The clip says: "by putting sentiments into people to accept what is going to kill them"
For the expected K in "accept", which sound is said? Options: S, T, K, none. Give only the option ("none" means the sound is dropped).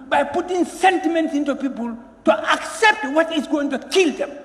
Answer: K